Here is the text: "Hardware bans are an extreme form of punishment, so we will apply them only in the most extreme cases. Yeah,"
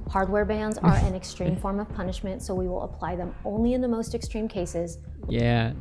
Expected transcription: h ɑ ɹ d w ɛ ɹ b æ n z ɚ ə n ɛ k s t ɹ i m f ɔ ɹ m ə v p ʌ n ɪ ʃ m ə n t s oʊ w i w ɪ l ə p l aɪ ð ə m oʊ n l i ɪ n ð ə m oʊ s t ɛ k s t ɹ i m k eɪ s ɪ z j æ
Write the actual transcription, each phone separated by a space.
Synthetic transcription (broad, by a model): h ɑ ɹ d w ɛ ɹ b æ n z ɚ ə n ɛ k s t ɹ i m f ɔ ɹ m ə v p ʌ n ɪ ʃ m ə n t s oʊ w i w ɪ l ə p l aɪ ð ə m oʊ n l i ɪ n ð ə m oʊ s t ɛ k s t ɹ i m k eɪ s ɪ z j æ